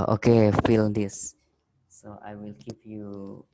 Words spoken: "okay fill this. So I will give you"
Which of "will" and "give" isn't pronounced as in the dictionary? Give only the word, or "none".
give